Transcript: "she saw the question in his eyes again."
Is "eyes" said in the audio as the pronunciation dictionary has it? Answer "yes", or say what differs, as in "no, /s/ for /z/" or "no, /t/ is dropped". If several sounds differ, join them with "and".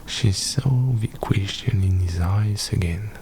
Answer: no, /s/ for /z/